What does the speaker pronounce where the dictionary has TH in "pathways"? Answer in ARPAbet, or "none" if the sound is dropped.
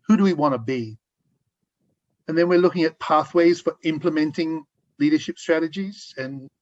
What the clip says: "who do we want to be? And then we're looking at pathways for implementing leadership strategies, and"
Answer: TH